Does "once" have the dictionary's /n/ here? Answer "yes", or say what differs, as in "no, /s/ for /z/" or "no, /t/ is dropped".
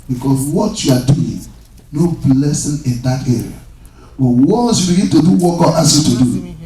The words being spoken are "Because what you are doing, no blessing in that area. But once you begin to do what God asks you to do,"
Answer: no, /n/ is dropped